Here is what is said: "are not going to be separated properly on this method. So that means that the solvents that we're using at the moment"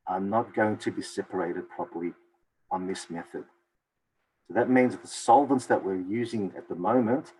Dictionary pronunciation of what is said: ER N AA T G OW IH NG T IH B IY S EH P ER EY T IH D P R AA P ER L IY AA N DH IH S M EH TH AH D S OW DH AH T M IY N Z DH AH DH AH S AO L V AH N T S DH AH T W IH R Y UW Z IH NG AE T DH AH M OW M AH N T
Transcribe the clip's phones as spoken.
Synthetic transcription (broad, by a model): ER N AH T G OW IH NG T IH B IY S EH P ER EY T IH D P R AA P ER L IY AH N DH IH S M EH TH AH D S OW DH AH T M IY N Z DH DH AH S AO L V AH N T S DH AH T W IH R Y UW Z IH NG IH T DH AH M OW M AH N T